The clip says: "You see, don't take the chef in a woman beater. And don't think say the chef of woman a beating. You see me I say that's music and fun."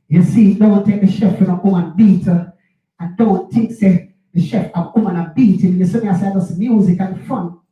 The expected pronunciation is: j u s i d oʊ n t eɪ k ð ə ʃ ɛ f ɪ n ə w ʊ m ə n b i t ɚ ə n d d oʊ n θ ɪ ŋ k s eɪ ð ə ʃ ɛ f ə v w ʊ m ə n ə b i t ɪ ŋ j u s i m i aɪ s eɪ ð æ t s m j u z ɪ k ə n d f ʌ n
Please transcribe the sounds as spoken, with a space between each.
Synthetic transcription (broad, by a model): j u s i d oʊ n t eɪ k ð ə ʃ ɛ f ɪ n ə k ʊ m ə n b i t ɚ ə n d d oʊ n t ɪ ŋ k s eɪ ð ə ʃ ɛ f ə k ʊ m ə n ə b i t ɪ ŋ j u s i m i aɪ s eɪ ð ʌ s m j u z ɪ k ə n f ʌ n